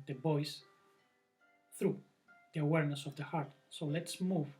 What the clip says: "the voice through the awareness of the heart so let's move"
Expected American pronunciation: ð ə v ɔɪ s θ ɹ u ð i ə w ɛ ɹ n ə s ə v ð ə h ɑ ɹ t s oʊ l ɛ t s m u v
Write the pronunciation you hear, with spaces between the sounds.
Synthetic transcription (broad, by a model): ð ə b ɔɪ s θ ɹ u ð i ə w ɛ ɹ n ə s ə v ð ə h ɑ ɹ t s oʊ l ɛ t s m u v